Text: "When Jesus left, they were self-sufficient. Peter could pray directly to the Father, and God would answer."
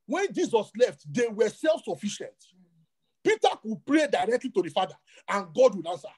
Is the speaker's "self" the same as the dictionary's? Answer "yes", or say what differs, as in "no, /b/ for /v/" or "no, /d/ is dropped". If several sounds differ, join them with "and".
yes